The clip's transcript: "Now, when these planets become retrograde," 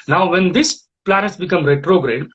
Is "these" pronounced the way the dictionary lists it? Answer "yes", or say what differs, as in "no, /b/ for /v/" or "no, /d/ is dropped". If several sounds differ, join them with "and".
no, /s/ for /z/